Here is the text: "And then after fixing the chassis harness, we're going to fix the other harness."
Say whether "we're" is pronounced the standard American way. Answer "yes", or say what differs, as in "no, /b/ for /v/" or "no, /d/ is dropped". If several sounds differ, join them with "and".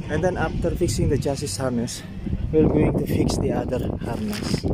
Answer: no, /l/ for /ɹ/